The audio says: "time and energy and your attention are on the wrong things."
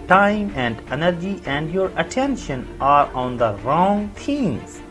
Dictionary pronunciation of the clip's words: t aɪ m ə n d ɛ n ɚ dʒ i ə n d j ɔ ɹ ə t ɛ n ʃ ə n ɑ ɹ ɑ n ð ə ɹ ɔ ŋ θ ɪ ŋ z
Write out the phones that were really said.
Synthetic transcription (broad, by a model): t aɪ m ə n d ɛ n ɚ dʒ i ə n d j ɔ ɹ ə t ɛ n ʃ ə n ɑ ɹ ɑ n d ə ɹ ɔ ŋ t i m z